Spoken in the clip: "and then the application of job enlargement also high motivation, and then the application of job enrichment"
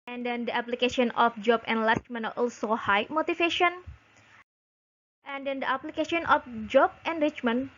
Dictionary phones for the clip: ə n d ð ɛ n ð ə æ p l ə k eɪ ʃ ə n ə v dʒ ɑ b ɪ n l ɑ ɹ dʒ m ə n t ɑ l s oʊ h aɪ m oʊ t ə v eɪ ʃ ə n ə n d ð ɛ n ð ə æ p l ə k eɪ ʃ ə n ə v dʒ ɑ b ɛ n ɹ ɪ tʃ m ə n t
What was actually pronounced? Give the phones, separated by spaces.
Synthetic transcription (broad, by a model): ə n d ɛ n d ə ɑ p l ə k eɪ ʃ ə n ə f dʒ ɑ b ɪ n l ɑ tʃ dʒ m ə n t ɑ l s oʊ h aɪ m oʊ t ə f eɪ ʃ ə n ə n d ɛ n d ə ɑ p l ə k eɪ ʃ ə n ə f dʒ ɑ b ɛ n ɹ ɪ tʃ m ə n